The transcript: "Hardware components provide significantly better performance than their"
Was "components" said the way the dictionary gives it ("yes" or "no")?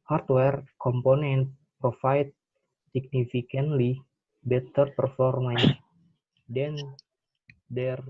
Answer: no